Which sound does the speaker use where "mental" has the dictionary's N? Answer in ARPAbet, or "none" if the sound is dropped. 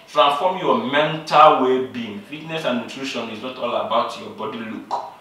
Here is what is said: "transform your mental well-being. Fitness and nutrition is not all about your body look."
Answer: N